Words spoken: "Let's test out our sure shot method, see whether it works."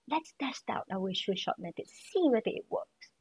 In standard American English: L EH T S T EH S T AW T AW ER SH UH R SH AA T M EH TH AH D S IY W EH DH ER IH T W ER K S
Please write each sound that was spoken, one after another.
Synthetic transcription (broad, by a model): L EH T S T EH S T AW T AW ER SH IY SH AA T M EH T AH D S IY W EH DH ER IH T W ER K S